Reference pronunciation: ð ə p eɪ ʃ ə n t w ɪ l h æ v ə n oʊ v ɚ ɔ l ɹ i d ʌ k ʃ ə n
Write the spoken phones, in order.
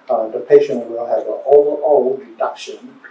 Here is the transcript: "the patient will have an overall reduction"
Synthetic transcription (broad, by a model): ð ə p eɪ ʃ ə n t w ɪ l h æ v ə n oʊ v ɚ ɔ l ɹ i d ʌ k ʃ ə n